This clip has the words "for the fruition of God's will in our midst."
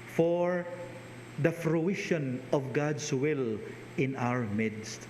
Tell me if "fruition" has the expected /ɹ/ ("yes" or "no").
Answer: yes